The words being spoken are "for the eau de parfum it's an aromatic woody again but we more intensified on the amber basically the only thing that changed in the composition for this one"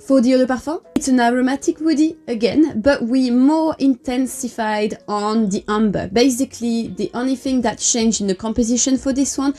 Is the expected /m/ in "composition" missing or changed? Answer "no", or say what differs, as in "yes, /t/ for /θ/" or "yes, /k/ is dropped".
no